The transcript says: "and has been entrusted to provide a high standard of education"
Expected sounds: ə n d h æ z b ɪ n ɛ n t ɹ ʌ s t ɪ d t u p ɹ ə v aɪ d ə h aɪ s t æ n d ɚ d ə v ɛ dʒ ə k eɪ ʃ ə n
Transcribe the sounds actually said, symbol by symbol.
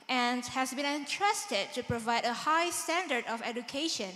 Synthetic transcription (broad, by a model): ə n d h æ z b ɪ n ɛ n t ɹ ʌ s t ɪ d t u p ɹ ə v aɪ d ə h aɪ s t æ n d ɚ d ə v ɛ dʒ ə k eɪ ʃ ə n